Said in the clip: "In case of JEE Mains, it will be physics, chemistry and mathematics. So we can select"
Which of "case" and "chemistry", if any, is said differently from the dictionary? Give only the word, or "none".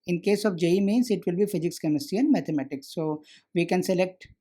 chemistry